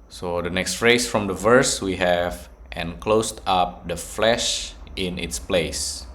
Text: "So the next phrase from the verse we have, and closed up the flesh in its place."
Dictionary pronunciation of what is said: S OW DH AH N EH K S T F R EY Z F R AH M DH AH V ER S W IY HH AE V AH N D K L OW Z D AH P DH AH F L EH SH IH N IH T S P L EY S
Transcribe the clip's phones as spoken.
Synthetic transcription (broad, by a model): S OW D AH N EH K S T F R EY S F R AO M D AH V ER S W IY HH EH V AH N K L OW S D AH P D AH F L EH SH IH N IH T S P L EY S